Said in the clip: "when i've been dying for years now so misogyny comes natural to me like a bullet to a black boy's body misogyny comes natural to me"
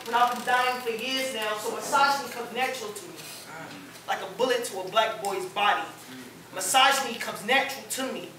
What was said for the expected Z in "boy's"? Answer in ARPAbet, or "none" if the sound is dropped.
Z